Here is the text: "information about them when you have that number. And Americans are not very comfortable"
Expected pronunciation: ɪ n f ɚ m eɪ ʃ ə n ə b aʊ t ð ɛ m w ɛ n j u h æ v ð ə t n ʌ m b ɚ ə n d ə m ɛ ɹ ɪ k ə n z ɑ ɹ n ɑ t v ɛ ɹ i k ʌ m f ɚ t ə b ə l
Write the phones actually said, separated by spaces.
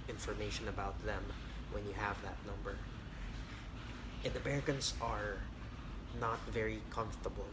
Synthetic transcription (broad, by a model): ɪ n f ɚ m eɪ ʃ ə n ə b aʊ t ð ɛ m w ɛ n j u h æ v ð ə t n ʌ m b ɚ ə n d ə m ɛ ɹ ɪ k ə n s ɑ ɹ n ɑ t v ɛ ɹ i k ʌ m f t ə b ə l